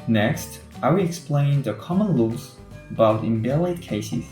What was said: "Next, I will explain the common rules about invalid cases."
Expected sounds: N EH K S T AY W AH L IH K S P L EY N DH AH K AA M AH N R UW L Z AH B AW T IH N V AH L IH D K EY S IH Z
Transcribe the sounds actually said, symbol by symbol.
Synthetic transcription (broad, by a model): N EH K S T AY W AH IH K S P L EY N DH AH K AA M AH N L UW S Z AH B AW T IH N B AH L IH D K EY S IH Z